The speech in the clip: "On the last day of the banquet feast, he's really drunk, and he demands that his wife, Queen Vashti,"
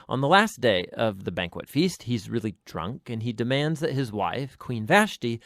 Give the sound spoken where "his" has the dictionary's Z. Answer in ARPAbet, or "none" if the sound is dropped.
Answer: Z